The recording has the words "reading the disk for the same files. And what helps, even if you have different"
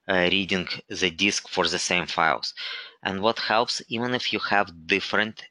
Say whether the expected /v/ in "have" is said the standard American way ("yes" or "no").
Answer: yes